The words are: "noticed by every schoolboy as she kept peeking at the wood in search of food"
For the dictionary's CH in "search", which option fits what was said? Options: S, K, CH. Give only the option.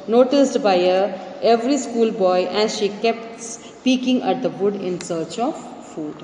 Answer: CH